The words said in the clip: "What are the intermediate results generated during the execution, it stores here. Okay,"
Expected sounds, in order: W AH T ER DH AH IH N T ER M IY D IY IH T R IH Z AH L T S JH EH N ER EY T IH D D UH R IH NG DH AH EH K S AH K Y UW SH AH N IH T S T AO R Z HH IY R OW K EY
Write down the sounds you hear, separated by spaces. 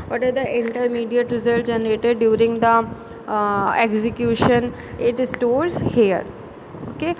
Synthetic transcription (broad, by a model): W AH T ER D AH IH N T ER M IY D IY IH T R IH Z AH L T JH EH N ER EY T IH D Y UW R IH NG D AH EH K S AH K Y UW SH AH N IH T S T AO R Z HH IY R OW K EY